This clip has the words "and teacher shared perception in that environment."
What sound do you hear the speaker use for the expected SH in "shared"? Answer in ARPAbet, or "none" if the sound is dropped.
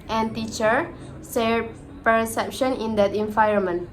S